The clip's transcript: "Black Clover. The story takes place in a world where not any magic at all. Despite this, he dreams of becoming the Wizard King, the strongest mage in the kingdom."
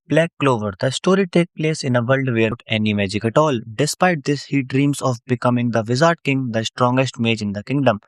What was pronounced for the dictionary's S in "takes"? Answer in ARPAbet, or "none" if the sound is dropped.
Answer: none